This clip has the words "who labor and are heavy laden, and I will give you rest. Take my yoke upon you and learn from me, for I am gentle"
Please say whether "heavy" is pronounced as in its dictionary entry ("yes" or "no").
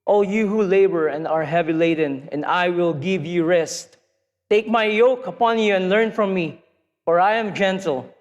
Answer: yes